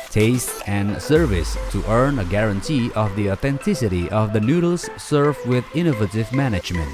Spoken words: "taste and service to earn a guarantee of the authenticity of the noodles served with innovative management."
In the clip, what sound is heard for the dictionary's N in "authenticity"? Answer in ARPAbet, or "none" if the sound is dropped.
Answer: N